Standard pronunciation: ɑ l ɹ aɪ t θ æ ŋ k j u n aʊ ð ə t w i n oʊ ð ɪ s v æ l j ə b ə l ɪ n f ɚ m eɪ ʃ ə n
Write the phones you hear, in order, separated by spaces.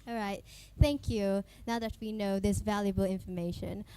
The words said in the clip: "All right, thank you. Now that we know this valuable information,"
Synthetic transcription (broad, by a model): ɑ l ɹ aɪ t θ æ ŋ k j u n aʊ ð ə t w i n oʊ ð ɪ s v æ l j ə b ə l ɪ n f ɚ m eɪ ʃ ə n